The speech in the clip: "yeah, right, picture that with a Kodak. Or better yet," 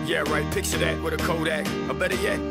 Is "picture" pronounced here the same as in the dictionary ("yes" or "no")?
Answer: no